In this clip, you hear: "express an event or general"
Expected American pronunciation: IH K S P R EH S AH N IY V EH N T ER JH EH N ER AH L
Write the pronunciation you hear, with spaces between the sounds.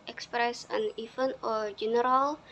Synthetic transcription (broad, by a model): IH K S P R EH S AH N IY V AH N AO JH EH N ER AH L